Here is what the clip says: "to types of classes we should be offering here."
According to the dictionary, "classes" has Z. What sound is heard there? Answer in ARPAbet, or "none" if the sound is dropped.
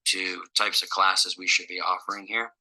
Z